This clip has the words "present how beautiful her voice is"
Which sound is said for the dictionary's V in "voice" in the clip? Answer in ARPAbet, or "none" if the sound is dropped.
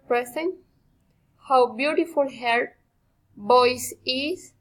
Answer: B